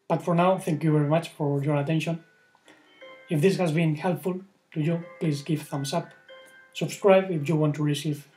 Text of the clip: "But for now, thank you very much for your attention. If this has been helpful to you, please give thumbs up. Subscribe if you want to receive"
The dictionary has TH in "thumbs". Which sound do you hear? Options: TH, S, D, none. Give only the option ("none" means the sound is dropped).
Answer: S